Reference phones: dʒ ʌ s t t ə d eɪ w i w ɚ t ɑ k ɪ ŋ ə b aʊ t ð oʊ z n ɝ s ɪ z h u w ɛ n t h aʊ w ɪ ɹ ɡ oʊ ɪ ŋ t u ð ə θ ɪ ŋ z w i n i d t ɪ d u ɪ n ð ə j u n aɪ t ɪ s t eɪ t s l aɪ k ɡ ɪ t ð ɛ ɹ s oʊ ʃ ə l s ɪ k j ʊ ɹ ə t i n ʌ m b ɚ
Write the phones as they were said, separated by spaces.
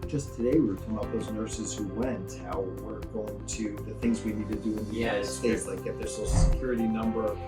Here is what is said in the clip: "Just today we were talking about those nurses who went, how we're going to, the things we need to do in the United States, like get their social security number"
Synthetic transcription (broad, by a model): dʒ ʌ s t t ə d eɪ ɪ w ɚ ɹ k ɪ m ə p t ð oʊ z n ɝ s ɪ z h u w ɛ n t h aʊ w ɪ ɹ ɡ oʊ ɪ ŋ t u ð ə θ ɪ ŋ z w i n i d t ɪ d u ɪ n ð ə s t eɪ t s l aɪ k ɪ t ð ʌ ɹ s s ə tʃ s ɪ k j ʊ ɹ ə t i n ʌ m b ɚ